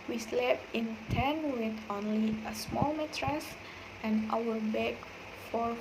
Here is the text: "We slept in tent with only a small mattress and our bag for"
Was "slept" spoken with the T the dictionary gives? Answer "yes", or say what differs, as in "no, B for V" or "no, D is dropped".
no, T is dropped